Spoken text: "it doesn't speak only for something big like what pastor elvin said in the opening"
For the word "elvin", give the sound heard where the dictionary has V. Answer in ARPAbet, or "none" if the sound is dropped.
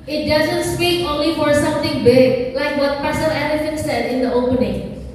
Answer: F